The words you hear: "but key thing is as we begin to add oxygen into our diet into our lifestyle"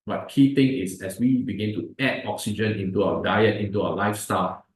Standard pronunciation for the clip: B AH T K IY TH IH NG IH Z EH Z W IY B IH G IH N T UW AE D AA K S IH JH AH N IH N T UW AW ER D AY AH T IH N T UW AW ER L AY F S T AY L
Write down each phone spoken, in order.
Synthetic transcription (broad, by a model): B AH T K IY T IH NG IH S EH S W IY B IH G IH N T UW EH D AA K S IH JH AH N IH N T UW AW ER D AY AH T IH N T UW AW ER L AY F S T AY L